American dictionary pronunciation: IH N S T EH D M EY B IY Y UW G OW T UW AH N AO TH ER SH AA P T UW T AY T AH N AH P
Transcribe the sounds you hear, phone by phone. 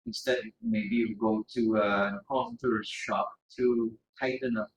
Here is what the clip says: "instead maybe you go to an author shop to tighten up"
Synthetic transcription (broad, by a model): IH N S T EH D M EY B IY Y UW G OW T UW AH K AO T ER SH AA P T UW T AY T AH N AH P